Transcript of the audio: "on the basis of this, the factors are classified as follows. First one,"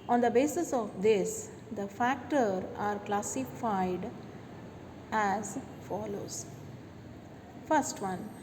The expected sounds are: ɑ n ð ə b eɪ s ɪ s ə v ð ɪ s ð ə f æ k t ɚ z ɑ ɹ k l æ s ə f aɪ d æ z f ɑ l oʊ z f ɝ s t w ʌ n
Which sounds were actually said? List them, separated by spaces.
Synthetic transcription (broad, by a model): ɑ n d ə b eɪ s ɪ s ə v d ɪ s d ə f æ k t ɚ ɑ ɹ k l æ s ə f aɪ d æ z f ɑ l oʊ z f ɝ s t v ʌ n